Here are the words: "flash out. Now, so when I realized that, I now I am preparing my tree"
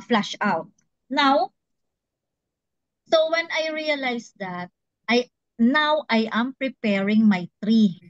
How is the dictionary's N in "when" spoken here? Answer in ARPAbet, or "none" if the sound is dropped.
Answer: N